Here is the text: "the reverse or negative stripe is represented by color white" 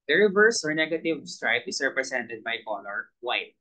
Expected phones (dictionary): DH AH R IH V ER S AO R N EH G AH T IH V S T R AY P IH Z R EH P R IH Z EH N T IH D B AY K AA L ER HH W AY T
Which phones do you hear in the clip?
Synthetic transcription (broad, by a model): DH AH R IH V ER S AO R N EH G AH T IH V S T R AY P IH S R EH P R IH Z EH N T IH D B AY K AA N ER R W AY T